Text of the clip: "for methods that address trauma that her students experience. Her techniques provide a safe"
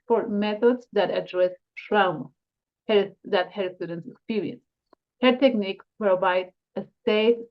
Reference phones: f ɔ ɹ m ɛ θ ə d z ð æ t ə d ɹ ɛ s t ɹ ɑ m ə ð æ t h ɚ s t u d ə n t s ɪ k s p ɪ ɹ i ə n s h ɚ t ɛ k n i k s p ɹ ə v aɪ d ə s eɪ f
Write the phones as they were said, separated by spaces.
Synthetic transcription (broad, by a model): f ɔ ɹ m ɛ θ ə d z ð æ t ə d ɹ ɛ s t ɹ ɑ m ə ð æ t h ɚ s t u d ə n t s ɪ k s p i ɹ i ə n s h ɚ t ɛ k n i k p ɹ ə v aɪ d ə s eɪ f